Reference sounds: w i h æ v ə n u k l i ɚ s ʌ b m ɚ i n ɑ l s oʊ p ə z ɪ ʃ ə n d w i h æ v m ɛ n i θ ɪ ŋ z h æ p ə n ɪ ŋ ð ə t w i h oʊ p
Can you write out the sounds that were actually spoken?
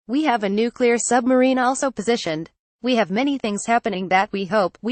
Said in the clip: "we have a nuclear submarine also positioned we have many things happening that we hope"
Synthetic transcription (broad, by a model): w i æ v ə n u k l i ɚ s ʌ b m ɚ i n ɑ l s oʊ p ə z ɪ ʃ ə n d w i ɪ v m ɛ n i θ ɪ ŋ z h æ p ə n ɪ ŋ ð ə t w i h oʊ p